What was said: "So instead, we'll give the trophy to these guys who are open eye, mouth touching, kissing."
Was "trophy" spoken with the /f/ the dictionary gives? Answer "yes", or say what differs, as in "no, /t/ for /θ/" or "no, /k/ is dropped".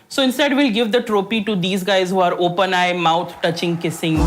no, /p/ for /f/